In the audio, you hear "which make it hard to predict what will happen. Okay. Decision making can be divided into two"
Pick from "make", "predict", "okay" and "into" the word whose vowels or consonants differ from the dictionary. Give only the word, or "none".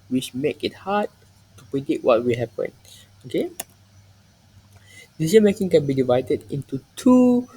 predict